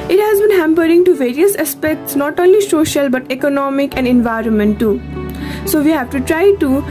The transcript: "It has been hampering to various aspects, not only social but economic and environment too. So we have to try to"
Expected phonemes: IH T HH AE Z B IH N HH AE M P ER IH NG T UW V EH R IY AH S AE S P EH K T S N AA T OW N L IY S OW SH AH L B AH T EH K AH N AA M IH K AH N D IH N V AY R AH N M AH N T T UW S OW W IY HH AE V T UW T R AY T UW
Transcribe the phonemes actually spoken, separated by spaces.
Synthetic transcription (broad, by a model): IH T HH AE Z B IH N HH AE M P ER IH NG T UW V EH R IY AH S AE S P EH K T S N AA T OW N L IY S OW SH AH L B AH T EH K AH N AA M IH K AH N D IH N V AY R AH N M AH N T T UW S OW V IY HH AE V T UW T R AY T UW